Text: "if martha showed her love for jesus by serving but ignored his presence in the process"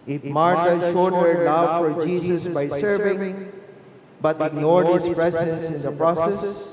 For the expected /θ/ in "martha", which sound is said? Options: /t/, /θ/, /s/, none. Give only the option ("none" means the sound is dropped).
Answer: /t/